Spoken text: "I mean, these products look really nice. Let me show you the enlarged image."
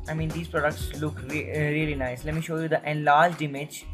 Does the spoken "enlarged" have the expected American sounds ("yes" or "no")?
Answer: yes